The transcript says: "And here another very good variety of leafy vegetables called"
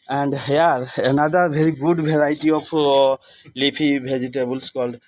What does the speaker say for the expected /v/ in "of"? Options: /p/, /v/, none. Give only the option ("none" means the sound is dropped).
/p/